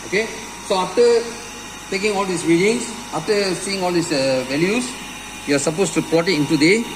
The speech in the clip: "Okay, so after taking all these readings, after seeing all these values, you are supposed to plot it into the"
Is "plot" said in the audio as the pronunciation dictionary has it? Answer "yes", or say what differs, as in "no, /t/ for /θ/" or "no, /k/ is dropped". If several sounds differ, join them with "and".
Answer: no, /l/ is dropped